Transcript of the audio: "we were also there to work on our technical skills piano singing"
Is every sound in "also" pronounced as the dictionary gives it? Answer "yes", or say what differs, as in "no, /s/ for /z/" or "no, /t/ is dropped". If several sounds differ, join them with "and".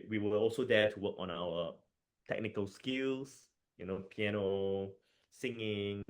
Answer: yes